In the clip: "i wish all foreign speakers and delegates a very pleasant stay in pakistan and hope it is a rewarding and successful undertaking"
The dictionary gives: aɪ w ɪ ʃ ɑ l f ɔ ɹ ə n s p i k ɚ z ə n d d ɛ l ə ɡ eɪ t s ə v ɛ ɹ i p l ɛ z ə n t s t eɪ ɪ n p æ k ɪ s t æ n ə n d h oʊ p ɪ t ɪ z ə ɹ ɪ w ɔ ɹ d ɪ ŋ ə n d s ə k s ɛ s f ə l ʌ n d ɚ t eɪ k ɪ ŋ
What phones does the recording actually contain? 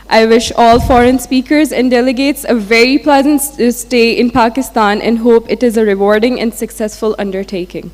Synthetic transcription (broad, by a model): aɪ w ɪ ʃ ɑ l f ɔ ɹ ə n s p i k ɚ z ə n d d ɛ l ə ɡ eɪ t s ə v ɛ ɹ i p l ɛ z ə n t s t eɪ ɪ n p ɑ k ɪ s t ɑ n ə n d h oʊ p ɪ t ɪ z ə ɹ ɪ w ɔ ɹ d ɪ ŋ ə n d s ə k s ɛ s f ə l ʌ n d ɚ t eɪ k ɪ ŋ